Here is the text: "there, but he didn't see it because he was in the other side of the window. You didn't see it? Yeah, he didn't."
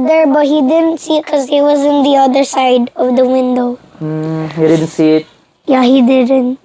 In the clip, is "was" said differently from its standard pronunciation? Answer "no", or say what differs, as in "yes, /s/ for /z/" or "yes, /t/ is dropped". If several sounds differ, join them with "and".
no